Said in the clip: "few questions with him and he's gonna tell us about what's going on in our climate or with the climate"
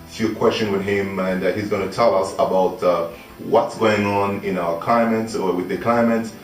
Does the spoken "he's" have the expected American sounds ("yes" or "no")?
yes